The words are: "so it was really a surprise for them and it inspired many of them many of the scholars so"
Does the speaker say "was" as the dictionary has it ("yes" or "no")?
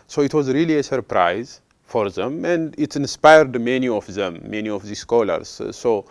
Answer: yes